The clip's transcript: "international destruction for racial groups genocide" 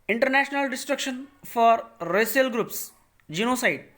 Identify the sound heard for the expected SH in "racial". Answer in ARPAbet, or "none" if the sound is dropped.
S